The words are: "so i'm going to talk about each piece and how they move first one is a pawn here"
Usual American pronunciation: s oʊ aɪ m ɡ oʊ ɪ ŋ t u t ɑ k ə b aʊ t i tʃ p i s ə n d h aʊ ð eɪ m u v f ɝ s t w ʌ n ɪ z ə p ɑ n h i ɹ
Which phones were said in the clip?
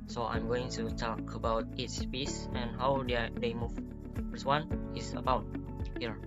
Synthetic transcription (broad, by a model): s oʊ aɪ m ɡ oʊ ɪ ŋ t u t ɑ k ə b aʊ t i s p i s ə n h aʊ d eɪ m u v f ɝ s w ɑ n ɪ s ə b ɑ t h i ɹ